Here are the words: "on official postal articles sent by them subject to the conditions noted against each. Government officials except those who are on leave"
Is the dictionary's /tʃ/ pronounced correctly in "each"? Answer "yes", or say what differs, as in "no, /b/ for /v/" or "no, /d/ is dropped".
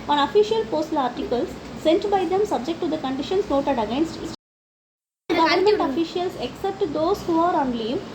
no, /s/ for /tʃ/